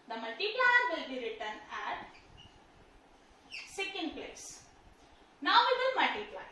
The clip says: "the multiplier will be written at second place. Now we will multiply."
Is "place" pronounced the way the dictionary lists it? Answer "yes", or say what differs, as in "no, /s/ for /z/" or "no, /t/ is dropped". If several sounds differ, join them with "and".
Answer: yes